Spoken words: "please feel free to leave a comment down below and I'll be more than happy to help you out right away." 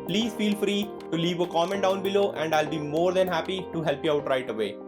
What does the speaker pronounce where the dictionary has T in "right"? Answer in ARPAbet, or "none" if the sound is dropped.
T